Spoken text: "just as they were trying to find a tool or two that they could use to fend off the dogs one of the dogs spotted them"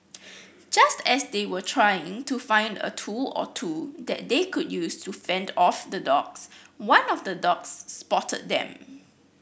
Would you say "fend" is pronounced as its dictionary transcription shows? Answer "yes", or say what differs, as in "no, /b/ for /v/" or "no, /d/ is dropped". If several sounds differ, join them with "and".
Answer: yes